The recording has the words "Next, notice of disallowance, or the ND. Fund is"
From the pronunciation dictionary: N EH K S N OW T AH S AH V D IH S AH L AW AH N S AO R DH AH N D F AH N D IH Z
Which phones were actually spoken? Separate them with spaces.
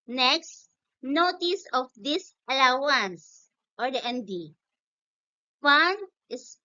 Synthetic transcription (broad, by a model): N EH K S N OW T AH S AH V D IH S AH L AW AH N S AO R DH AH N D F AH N IH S